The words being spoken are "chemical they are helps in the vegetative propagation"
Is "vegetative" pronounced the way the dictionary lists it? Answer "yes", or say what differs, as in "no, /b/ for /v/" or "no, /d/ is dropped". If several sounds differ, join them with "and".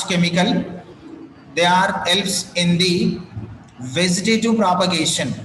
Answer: no, /z/ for /dʒ/